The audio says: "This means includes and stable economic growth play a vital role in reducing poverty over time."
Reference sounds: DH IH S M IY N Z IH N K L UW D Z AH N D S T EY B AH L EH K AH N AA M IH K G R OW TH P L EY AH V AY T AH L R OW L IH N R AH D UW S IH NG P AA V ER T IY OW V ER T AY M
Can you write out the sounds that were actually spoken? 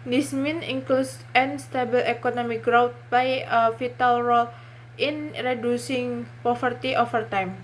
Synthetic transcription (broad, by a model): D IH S M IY N IH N K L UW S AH N S T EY B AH L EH K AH N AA M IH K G R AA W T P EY AH F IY T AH L R OW L IH N R AH D UW S IH NG P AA F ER T IY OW F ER T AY M